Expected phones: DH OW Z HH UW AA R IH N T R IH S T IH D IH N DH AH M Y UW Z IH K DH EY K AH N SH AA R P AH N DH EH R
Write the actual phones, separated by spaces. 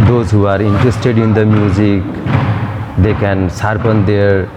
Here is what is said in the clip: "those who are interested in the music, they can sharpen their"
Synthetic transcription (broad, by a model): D OW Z HH UW AA R IH N T R IH S T IH D IH N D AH M Y UW Z IH K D EY K AH N S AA R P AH N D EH R